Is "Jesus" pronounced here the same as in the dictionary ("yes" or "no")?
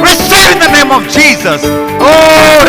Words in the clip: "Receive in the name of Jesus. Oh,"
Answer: yes